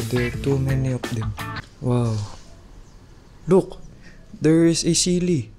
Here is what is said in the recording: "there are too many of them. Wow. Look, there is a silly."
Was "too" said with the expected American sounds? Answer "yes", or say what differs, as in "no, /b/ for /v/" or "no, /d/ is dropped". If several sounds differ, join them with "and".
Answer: yes